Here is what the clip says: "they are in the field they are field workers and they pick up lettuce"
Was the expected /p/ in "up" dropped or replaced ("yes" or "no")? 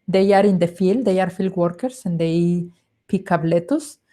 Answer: yes